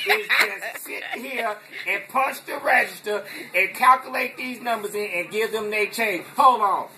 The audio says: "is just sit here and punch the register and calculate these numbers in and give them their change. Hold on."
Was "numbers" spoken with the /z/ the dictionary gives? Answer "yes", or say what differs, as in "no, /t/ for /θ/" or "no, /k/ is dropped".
yes